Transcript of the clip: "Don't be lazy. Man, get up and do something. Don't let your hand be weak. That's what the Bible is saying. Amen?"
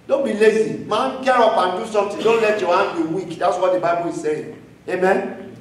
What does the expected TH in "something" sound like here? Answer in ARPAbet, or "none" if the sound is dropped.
T